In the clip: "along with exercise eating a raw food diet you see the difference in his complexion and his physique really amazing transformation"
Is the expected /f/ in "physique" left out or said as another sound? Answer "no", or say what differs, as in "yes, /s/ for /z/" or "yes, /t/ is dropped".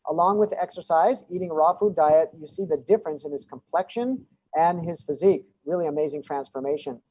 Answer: no